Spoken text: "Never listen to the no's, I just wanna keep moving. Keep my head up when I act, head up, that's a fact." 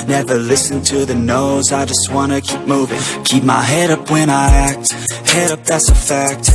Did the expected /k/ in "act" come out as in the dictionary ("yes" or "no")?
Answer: yes